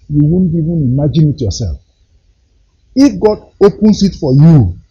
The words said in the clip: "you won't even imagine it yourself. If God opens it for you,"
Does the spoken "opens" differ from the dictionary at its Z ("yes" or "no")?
yes